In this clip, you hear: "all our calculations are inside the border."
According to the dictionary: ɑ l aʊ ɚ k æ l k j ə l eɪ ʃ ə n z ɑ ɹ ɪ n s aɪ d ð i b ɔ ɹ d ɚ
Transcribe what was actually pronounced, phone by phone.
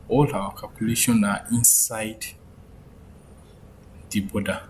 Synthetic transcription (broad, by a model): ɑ l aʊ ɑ k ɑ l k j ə l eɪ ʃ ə n ɑ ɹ ɪ n s aɪ d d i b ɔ d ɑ